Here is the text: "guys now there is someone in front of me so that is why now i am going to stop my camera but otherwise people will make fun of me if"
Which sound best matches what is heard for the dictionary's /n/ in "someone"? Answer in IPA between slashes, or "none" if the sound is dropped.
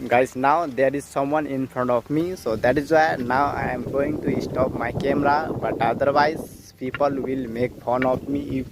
/n/